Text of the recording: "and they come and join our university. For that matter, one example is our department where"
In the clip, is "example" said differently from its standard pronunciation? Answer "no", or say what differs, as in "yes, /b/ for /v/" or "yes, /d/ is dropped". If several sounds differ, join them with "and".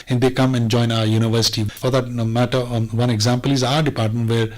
no